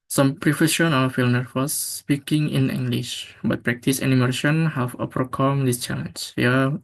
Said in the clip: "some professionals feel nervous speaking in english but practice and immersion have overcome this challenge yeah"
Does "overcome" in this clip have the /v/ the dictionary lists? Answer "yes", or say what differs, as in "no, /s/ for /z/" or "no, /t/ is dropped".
no, /p/ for /v/